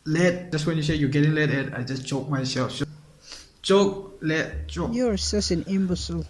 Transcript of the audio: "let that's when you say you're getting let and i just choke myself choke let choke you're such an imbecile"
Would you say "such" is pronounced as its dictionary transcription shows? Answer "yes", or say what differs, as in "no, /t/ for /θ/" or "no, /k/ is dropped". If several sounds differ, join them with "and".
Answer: no, /s/ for /tʃ/